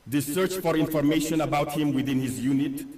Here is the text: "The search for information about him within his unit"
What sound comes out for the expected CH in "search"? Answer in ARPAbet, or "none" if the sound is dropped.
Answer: CH